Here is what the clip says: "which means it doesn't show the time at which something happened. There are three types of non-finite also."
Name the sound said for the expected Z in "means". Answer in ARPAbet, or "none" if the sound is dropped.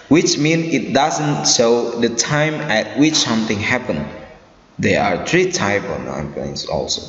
none